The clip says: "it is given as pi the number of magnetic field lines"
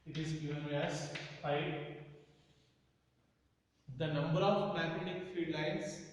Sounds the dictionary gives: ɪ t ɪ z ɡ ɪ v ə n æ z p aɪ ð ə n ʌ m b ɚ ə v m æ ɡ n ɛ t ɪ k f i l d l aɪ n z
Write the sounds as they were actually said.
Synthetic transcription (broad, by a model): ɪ t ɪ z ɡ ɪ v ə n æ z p aɪ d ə n ʌ m b ɚ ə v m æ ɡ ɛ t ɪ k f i d l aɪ n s